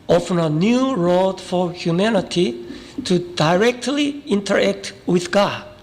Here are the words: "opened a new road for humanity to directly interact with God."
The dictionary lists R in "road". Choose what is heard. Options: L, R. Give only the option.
R